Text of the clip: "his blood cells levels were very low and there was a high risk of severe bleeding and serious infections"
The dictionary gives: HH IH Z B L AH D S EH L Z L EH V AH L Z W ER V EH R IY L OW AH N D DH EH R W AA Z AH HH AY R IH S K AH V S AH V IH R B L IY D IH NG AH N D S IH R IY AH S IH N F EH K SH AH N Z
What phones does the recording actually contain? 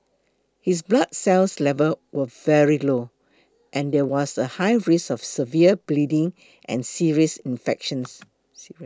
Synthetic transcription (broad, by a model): HH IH S B L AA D S EH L S L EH V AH W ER V EH R IY L OW AH N D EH W AA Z AH HH AY R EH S AH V S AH V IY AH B L IY D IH NG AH N S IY R IY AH S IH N F EH K SH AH N S